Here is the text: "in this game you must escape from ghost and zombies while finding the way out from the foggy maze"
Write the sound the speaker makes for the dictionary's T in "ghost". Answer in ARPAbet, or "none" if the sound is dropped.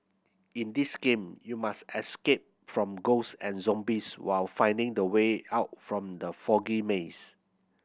none